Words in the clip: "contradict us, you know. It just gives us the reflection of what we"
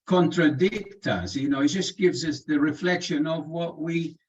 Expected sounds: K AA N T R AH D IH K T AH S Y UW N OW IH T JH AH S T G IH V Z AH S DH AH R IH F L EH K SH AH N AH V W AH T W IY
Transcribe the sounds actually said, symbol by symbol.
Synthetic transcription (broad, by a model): K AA N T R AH D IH K T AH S Y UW N OW IH T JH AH S G IH V Z AH S DH AH R IH F L EH K SH AH N AH V W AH T W IY